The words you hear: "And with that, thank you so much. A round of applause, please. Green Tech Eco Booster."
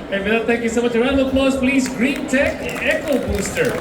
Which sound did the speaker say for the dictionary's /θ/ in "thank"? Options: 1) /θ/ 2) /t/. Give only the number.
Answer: 2